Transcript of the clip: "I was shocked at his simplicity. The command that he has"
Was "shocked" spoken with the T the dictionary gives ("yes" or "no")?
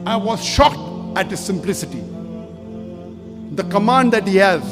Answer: yes